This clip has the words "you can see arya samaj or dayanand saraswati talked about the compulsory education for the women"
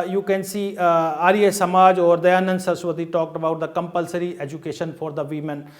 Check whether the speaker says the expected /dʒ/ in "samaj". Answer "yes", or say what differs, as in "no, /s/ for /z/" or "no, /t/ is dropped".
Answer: yes